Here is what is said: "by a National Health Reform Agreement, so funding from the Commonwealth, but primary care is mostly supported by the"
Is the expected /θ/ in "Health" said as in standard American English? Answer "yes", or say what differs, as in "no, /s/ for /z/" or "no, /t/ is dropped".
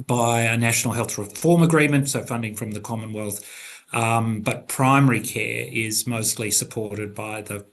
yes